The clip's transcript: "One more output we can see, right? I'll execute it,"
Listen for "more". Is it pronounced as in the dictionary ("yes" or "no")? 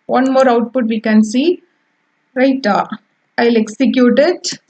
yes